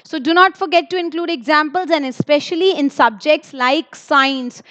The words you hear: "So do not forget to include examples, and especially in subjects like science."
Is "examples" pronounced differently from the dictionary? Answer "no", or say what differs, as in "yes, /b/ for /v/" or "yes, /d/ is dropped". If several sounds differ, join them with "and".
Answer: no